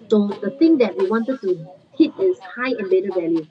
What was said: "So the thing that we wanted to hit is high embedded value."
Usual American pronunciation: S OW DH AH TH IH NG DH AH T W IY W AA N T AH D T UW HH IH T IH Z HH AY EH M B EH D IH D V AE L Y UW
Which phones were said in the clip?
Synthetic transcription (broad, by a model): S OW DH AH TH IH NG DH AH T W IY W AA N T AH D T UW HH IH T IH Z HH AY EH B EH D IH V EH L Y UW